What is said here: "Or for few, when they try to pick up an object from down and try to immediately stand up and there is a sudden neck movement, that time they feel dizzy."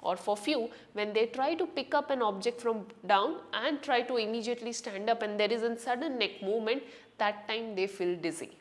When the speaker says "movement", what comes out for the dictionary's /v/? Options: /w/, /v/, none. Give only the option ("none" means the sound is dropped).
none